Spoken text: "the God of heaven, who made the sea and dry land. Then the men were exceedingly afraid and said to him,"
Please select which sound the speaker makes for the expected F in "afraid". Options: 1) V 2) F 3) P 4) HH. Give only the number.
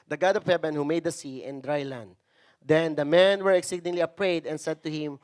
3